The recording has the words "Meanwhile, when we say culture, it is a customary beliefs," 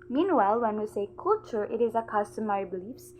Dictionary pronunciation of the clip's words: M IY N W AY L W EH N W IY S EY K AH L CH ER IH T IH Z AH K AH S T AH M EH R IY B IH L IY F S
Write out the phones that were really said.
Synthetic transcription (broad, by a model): M IY N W AY L W EH N W IY S EY K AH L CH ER IH T IH Z AH K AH S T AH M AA IY B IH L IY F S